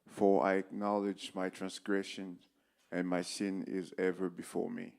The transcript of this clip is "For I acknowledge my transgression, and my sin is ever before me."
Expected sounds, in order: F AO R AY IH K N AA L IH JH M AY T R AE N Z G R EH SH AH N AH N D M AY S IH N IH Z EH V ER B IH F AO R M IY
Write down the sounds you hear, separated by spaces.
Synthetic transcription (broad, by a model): F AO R AY IH K N AA L IH JH M AY T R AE N S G R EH SH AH N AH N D M AY S IH N IH Z EH V ER B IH F AO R M IY